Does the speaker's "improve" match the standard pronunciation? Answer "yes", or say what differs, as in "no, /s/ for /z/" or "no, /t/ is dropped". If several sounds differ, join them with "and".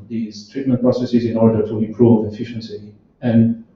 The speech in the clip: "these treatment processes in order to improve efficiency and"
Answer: no, /m/ is dropped